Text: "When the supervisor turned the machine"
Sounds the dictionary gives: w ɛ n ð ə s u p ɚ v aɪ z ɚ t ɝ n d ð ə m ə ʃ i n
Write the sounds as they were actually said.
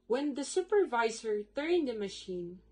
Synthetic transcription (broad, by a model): w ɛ n ð ə s u p ɚ v aɪ z ɚ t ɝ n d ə m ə ʃ i n